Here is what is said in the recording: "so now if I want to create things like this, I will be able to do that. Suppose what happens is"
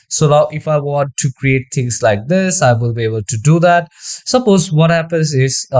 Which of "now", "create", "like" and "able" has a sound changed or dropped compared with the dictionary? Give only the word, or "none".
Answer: now